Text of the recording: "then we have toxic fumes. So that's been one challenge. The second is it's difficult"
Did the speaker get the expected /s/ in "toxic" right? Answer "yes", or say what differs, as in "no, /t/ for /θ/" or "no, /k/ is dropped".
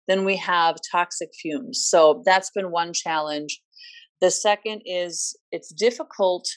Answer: yes